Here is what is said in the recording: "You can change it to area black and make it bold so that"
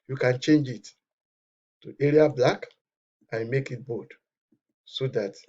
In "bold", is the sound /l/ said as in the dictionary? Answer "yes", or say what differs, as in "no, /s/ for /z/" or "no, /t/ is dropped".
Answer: no, /l/ is dropped